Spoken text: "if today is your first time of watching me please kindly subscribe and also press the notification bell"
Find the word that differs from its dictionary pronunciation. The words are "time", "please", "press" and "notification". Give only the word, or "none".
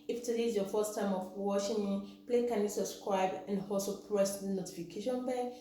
please